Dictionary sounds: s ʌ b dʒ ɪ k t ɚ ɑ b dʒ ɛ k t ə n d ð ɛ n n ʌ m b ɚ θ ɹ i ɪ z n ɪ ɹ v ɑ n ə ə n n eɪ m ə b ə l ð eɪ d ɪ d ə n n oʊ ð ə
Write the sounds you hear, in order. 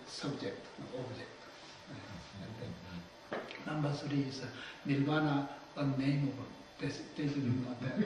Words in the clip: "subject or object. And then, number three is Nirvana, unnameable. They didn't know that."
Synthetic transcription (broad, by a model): s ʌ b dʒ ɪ k t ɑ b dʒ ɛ k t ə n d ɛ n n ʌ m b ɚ s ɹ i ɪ s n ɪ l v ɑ n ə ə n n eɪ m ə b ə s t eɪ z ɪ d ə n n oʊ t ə